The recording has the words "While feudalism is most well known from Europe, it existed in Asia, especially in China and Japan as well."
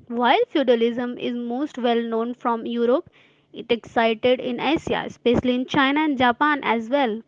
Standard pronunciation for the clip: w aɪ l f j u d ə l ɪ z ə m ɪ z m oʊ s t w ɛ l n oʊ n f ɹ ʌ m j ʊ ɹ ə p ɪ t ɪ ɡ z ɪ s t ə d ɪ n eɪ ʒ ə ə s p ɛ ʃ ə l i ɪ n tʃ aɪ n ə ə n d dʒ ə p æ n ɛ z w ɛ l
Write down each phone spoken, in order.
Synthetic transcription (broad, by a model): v aɪ l f j u d ə l ɪ z ə m ɪ z m oʊ s t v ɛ l n oʊ n f ɹ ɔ m j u ɹ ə p ɪ t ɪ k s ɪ t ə d ɪ n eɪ ʃ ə ə s p ɛ ʃ ə l i ɪ n tʃ aɪ n ə ə n d dʒ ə p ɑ n ɛ z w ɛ l